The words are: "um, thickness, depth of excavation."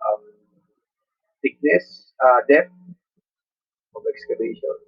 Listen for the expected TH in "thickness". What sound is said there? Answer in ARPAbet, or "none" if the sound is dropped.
T